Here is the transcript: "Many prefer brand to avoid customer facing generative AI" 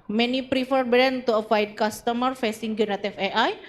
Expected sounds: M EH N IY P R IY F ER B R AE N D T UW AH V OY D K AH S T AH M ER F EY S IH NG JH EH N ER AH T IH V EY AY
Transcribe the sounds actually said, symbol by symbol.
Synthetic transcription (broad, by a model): M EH N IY P R IY F ER B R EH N T UW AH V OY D K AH S T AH M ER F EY S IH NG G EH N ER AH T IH F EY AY